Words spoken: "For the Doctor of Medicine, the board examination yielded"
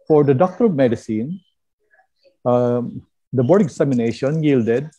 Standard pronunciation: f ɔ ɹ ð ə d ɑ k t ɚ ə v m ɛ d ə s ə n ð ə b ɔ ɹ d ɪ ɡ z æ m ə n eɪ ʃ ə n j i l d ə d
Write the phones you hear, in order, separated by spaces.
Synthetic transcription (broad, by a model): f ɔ ɹ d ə d ɑ k t ɚ ə v m ɛ d ə s ə n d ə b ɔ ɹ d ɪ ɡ s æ m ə n eɪ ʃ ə n j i l d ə d